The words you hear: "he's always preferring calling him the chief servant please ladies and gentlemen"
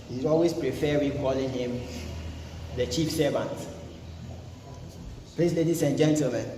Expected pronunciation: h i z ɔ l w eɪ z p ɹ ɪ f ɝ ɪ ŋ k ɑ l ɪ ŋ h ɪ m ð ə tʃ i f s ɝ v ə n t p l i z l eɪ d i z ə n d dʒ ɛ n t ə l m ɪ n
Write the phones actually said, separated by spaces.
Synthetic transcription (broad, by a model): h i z ɔ l w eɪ s p ɹ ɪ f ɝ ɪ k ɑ l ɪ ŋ h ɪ m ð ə tʃ i f s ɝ v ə n t p l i s l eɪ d i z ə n dʒ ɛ n t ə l m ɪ n